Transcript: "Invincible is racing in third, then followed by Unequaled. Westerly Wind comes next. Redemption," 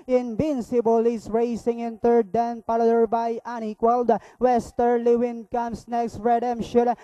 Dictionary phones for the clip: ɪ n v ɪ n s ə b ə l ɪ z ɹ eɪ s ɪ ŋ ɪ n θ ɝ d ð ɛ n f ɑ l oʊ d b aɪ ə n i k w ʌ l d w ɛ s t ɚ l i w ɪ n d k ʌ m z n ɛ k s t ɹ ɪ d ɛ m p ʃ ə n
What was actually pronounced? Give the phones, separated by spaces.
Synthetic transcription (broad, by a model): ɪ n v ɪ n s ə b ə l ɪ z ɹ eɪ s ɪ ŋ ɪ n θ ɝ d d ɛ n p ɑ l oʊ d b aɪ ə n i k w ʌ l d w ɛ s t ɚ l i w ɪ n k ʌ m s n ɛ k s t ɹ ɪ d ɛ m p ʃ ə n